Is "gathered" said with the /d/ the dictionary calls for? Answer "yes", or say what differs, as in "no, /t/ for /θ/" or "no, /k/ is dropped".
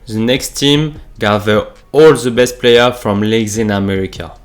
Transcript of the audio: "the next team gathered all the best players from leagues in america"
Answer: no, /d/ is dropped